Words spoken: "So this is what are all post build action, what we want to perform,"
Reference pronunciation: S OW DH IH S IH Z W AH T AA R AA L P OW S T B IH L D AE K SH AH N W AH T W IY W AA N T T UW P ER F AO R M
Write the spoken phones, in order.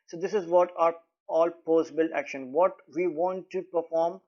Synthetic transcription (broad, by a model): S OW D IH S IH Z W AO T AA R AA L P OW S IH B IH L AE K SH AH N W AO T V IY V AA N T T UW P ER F AO R M